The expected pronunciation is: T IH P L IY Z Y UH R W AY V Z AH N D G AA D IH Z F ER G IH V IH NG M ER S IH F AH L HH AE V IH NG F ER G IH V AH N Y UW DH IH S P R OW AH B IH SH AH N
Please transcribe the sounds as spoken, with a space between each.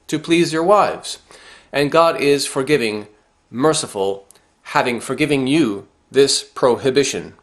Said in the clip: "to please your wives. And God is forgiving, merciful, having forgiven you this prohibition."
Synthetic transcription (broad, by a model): T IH P L IY Z Y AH R W AY V Z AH N G AA D IH Z F ER G IH V IH NG M ER S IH F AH L HH AE V IH NG F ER G IH V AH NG Y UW DH IH S P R OW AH B IH SH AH N